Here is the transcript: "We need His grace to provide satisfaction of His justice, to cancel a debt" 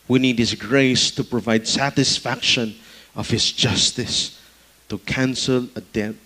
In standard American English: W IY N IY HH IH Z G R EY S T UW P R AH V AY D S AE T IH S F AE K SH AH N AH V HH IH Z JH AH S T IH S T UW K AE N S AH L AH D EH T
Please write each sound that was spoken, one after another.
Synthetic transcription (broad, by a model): W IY N IY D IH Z G R EY S T UW P R AH V AY D S AE T IH S F AE K SH AH N AH V HH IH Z JH AH S T IH S T UW K AE N S AH L AH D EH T